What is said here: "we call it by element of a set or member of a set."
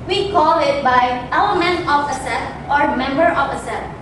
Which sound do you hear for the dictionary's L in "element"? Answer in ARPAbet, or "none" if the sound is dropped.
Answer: none